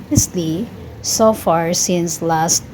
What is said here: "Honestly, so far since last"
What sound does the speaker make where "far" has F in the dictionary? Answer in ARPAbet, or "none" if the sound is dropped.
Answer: F